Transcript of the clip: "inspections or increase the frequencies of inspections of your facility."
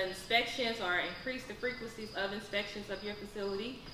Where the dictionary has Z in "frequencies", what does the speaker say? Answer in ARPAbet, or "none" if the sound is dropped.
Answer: Z